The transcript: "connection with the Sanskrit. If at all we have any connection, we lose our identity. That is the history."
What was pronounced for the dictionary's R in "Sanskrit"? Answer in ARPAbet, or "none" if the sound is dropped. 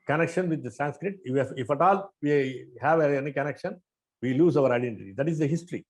R